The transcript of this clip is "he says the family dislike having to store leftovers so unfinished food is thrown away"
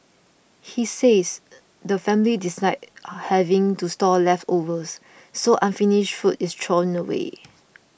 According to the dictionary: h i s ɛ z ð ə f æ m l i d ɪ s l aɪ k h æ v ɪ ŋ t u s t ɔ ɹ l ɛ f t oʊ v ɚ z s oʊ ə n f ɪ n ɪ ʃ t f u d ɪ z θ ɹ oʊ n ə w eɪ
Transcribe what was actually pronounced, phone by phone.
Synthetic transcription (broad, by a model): h i s ɛ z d ə f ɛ m l i d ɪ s aɪ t h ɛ v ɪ ŋ t u s t ɔ l ɛ f t oʊ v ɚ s oʊ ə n f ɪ n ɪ ʃ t f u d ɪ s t ɹ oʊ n ə w eɪ